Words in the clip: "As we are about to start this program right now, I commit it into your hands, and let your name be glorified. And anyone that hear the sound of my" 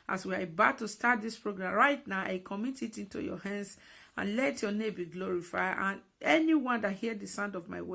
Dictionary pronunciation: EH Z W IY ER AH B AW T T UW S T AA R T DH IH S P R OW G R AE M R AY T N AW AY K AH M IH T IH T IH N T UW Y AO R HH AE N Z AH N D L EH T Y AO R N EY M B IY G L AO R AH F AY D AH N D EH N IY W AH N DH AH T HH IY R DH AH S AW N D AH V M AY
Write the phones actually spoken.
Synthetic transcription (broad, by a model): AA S W IY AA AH B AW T T UW S T AA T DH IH S P R OW G R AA M R AY T N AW AY K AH M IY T IH T IH N T UW Y AO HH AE N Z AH N L EH T Y AO N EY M B IY G L AO R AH F AY AH N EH N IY W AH N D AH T HH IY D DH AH S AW N D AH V M AY